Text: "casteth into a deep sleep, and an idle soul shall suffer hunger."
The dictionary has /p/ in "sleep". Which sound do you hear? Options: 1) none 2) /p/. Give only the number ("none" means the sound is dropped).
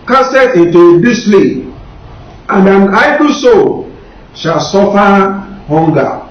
1